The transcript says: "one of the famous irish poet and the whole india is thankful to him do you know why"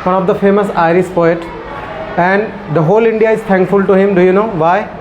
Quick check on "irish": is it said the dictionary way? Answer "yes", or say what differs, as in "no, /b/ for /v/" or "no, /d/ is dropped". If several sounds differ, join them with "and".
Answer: no, /s/ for /ʃ/